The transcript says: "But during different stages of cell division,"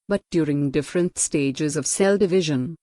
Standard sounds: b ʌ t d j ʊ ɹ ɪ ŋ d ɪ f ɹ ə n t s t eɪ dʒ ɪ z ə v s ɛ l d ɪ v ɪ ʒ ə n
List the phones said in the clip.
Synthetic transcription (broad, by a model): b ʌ t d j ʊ ɹ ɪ ŋ d ɪ f ɹ ə n t s t eɪ dʒ ɪ z ə v s ɛ l d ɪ v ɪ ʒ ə n